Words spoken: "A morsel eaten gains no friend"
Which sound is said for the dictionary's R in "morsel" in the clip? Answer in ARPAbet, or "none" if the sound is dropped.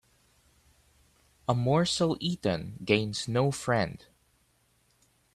R